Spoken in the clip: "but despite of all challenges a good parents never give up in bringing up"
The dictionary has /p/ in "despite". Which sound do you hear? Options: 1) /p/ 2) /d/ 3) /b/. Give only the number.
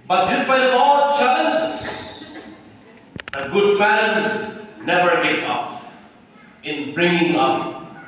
3